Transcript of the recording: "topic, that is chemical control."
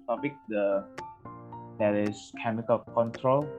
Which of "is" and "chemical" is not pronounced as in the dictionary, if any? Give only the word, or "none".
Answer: is